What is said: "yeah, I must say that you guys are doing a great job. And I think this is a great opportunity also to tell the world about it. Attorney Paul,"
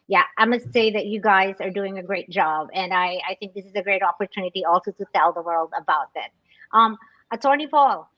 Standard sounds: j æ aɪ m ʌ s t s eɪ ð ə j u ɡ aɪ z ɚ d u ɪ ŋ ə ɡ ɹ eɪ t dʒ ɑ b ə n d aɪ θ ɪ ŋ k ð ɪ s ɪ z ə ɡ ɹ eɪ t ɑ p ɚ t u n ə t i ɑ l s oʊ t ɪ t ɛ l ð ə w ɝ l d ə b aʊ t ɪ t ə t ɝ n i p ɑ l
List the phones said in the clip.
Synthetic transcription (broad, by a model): j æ aɪ m ʌ s t s eɪ ð ə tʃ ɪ ɡ aɪ z ɚ d u ɪ ŋ ə ɡ ɹ eɪ t dʒ ɑ b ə n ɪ aɪ θ ɪ ŋ k ð ɪ s ɪ z ə ɡ ɹ eɪ t ɑ p ɚ t u n ə t i ɑ l s oʊ t ɪ t ɛ l ð ə w ɝ l d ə b aʊ t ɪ t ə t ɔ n i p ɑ l